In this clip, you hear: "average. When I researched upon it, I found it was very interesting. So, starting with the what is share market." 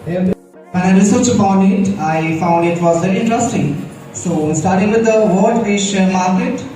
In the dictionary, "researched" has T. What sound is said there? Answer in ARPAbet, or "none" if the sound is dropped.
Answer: none